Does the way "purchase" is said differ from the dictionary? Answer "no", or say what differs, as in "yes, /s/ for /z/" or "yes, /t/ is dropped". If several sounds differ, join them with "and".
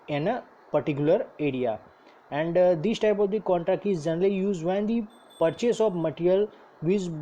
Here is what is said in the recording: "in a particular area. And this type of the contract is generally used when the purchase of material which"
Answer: no